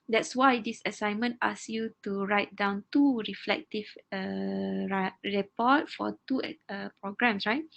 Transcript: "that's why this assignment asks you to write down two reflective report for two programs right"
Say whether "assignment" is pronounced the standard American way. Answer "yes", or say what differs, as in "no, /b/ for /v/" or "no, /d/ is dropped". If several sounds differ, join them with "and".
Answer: yes